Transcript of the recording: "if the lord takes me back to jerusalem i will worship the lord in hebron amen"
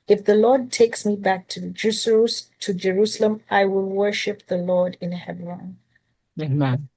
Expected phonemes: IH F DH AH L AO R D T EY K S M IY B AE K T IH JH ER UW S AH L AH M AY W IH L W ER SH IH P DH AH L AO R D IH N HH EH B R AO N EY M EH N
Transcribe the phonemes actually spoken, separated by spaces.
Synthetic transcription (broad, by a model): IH F DH AH L AO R D T EY K S M IY B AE K T IH JH ER UW S AH L AH M AY W IH L W ER SH IH P DH AH L AO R D IH N HH EH B R AO N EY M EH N